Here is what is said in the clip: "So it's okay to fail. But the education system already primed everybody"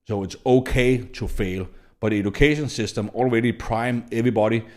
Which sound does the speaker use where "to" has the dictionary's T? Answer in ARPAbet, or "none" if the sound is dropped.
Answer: S